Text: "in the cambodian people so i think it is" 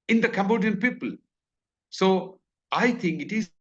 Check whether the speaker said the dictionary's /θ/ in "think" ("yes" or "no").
no